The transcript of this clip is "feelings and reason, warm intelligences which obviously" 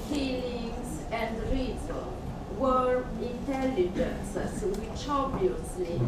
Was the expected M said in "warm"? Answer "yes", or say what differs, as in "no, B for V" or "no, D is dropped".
no, M is dropped